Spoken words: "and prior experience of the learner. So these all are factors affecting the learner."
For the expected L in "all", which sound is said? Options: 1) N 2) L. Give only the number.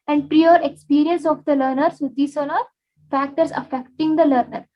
1